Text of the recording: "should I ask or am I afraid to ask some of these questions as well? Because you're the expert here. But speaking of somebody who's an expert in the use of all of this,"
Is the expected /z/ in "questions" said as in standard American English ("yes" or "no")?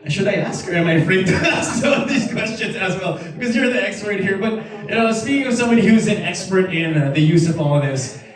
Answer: yes